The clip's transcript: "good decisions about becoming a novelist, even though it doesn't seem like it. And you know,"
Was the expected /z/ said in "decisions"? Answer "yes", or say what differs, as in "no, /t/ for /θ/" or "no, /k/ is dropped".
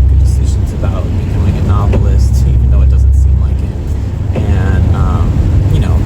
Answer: yes